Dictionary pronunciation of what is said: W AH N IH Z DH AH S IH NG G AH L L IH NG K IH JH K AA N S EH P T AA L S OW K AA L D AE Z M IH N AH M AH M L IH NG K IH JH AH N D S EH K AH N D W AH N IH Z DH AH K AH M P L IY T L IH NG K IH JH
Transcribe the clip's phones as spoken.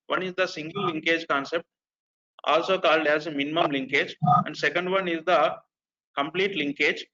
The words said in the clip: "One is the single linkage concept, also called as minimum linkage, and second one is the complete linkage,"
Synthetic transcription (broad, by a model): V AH N IH Z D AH S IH NG G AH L L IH NG K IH JH K AA N S EH P T AA L S OW K AA L D AE Z M IH N AH M AH M L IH NG K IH JH AH N D S EH K AH N D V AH N IH Z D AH K AH M P L IY T L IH NG K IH JH